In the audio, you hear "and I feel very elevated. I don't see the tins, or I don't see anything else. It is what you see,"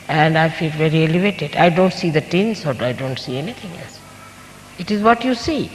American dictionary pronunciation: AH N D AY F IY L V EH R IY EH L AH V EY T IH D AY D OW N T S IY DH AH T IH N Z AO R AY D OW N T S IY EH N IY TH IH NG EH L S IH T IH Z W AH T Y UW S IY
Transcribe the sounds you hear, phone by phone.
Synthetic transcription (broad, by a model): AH N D AY F IY L V EH R IY EH L AH V EY T IH D AY D OW N T S IY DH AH T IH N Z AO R AY D OW N T S IY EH N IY T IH NG EH L S IH T IH Z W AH T Y UW S IY